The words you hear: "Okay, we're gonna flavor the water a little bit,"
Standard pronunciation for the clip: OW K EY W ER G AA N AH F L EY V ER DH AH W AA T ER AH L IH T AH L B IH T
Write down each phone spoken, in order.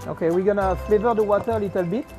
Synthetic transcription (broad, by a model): OW K EY W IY G AA N AH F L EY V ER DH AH W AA T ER AH L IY T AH L B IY T